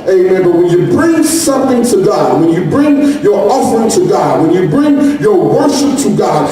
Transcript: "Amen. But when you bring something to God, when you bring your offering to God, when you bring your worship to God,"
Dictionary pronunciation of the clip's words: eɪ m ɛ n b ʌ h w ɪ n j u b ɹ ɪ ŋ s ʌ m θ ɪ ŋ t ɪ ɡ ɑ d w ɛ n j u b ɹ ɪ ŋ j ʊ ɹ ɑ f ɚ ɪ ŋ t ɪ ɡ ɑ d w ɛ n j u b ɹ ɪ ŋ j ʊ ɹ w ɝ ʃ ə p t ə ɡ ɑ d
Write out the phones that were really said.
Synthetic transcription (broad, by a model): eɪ m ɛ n b ʌ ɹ w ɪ n j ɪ b ɹ ɪ ŋ s ʌ m θ ɪ ŋ t ɪ ɡ ɑ d w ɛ n j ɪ b ɹ ɪ ŋ j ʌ ɹ ɑ f ɚ ɪ ŋ t ɪ ɡ ɑ d w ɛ n j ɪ b ɹ ɪ ŋ j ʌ ɹ w ɝ ʃ ə p t ə ɡ ɑ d